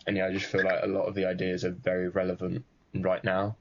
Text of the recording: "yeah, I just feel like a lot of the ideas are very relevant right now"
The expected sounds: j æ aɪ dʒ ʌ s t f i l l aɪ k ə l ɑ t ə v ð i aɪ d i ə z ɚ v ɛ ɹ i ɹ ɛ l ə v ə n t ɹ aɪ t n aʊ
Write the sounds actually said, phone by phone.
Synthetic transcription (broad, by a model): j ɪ aɪ dʒ ʌ s t f i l l aɪ k ə l ɑ t ə v ð i aɪ d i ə z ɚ v ɛ ɹ i ɹ ɛ l ə v ə n t ɹ aɪ t n aʊ